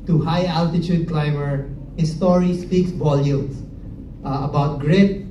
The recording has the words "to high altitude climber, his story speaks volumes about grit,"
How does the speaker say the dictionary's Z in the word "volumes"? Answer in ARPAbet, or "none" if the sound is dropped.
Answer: S